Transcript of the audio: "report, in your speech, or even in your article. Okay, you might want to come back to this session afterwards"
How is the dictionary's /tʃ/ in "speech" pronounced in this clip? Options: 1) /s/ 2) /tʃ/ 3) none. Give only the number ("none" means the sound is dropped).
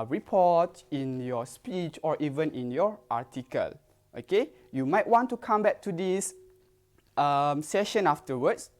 2